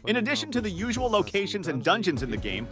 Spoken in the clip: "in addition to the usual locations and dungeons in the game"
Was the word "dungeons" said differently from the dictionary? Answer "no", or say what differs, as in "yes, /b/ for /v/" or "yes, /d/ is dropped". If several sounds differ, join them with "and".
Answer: no